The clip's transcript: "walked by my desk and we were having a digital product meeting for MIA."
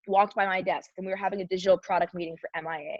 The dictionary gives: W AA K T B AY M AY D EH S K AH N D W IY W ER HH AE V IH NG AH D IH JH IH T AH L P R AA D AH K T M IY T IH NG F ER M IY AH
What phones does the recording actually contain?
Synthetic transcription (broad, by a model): W AA K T B AY M AY D EH S K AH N W IY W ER HH AE V IH NG AH D IH JH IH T L P R AA D AH K T M IY T IH NG F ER M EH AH